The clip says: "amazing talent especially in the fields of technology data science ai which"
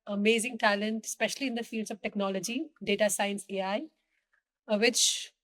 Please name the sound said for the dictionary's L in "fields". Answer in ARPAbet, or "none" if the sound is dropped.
L